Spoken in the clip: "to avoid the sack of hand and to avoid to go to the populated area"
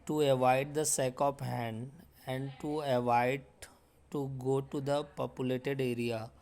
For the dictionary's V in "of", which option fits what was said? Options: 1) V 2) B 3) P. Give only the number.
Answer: 3